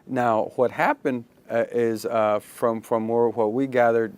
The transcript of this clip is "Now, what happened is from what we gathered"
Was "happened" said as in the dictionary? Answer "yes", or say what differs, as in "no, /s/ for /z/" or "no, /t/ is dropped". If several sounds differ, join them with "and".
yes